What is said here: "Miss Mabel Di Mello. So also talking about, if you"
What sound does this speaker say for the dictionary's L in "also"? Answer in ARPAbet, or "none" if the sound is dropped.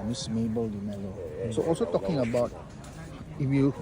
L